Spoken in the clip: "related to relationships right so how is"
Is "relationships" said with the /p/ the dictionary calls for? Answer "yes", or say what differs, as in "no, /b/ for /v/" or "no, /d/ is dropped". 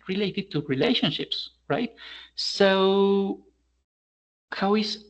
yes